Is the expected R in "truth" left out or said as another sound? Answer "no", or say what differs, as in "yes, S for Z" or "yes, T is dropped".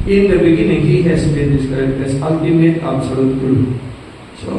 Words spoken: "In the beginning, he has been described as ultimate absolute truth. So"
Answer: yes, R is dropped